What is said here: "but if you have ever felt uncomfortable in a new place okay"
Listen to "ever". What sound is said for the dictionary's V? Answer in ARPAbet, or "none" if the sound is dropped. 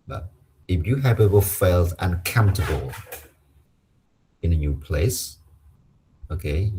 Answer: W